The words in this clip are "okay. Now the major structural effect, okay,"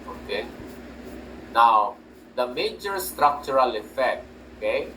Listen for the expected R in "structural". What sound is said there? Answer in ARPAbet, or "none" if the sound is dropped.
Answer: R